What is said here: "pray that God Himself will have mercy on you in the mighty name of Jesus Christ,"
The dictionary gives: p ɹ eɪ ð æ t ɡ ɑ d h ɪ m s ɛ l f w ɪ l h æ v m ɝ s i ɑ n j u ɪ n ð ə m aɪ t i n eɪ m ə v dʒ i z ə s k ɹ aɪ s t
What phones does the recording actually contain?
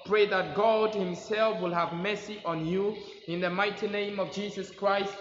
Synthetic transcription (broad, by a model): p ɹ eɪ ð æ t ɡ ɑ d h ɪ m s ɛ l f w ɪ l h æ v m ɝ s i ɑ n j u ɪ n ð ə m aɪ t i n eɪ m ə v dʒ i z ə s k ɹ aɪ s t